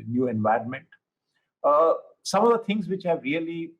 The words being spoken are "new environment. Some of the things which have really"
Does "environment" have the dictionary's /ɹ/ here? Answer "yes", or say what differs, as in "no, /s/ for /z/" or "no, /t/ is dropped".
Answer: yes